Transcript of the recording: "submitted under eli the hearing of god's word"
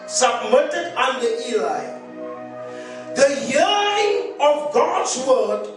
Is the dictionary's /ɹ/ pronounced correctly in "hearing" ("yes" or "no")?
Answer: no